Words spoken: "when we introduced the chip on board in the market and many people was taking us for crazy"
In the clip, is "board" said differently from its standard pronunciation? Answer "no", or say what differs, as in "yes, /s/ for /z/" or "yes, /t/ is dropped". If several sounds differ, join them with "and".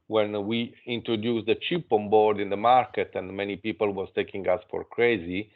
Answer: no